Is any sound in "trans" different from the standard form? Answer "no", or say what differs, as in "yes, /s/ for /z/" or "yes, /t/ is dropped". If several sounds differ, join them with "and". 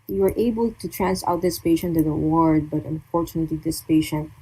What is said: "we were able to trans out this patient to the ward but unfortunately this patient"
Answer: yes, /s/ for /z/